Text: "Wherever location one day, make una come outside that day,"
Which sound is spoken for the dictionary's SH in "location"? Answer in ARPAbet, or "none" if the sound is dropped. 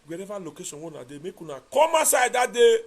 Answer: S